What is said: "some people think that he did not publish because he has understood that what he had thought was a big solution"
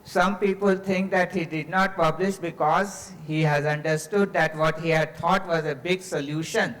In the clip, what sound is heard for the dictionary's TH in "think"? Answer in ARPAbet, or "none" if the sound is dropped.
T